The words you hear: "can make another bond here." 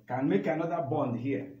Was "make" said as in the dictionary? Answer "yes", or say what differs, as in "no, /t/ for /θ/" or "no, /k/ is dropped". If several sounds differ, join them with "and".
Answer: yes